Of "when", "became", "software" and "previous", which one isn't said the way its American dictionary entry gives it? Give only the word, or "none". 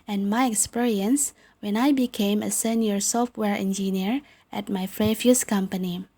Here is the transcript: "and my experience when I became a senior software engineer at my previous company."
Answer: previous